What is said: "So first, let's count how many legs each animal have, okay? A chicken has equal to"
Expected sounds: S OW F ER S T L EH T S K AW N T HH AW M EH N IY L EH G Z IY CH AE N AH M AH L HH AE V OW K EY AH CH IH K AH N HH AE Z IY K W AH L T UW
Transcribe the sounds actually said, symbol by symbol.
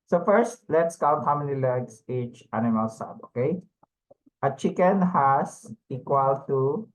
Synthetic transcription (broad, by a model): S OW F ER S T L EH T S K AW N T HH AW M EH N IY L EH G S IY CH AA N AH M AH L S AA B OW K EY AH CH IH K AH N HH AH S IY K W AH L T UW